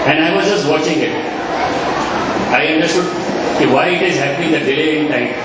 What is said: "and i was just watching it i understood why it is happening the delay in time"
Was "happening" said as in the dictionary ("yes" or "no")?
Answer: no